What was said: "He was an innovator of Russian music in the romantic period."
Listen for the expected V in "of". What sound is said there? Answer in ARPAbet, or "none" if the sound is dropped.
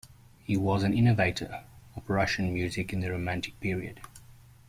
P